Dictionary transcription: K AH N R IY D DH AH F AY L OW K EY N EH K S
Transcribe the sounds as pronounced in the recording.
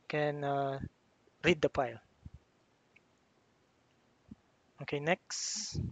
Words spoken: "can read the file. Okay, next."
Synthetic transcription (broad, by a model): K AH N R IY D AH P AY L OW K EY N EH K S